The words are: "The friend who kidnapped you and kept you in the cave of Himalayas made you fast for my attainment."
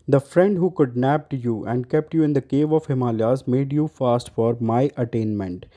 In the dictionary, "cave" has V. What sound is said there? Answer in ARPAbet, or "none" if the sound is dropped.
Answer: V